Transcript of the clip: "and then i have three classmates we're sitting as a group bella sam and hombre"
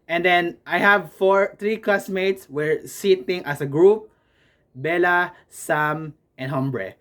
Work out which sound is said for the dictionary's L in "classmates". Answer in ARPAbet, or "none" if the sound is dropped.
none